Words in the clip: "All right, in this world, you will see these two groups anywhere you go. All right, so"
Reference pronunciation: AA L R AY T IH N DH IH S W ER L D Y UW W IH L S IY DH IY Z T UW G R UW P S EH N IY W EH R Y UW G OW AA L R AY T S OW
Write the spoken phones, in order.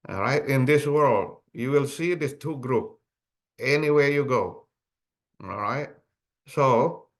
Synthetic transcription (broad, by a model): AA R AY T IH N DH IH S W ER L D Y UW W IH L S IY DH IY S T UW G R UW P EH N IY W EH R Y UW G OW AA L R AY T S OW